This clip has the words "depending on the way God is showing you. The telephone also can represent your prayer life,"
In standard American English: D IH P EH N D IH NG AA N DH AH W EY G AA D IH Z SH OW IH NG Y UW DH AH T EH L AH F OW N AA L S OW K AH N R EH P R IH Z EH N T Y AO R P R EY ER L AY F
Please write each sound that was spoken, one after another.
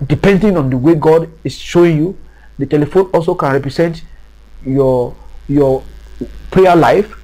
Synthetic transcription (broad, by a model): D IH P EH N D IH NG AA N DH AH W EY G AA D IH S SH OW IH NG Y UW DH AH T EH L AH F OW N AA L S OW K AH N R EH P R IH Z EH N T Y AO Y P R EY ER L AY F